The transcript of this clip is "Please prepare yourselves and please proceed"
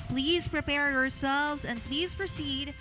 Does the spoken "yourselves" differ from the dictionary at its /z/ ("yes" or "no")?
no